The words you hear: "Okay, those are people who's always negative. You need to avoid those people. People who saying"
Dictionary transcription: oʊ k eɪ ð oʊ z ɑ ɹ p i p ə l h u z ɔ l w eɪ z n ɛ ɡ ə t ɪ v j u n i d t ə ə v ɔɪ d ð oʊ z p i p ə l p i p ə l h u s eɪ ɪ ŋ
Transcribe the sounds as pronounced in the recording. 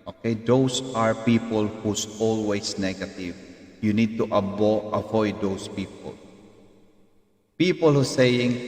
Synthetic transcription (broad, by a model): oʊ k eɪ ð oʊ s ɑ ɹ p i p ə l h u s ɔ l w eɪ s n ɛ ɡ ə t ɪ v j u n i d t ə ə v ɔɪ d oʊ s p i p ə l p i p ə l h u s eɪ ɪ ŋ